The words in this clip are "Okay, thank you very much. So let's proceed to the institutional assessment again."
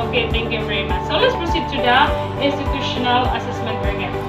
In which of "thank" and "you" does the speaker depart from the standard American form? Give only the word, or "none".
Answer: thank